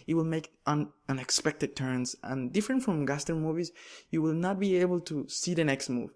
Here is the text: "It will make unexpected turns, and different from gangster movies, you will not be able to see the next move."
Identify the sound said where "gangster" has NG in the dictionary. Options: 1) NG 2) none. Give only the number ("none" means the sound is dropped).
2